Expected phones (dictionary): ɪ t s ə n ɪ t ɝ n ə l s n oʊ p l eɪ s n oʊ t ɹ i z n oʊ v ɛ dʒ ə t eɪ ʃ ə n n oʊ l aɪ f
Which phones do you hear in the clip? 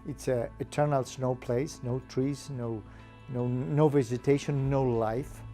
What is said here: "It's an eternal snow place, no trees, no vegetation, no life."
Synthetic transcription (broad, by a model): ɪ t s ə ɪ t ɝ n ə l s n oʊ p l eɪ s n oʊ t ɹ i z n oʊ v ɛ z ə t eɪ ʃ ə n n oʊ l aɪ f